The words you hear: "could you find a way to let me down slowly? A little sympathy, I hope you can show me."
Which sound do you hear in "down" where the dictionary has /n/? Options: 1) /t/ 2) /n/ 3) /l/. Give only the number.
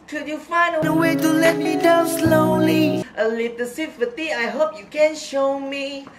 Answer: 3